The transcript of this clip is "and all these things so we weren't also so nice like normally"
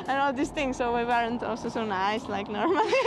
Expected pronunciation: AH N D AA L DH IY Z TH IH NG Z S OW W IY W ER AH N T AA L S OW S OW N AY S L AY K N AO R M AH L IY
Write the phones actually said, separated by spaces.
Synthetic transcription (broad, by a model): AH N AA L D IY S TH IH NG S S OW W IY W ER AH N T AA L S OW S OW N AY S L AY K N AO R M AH L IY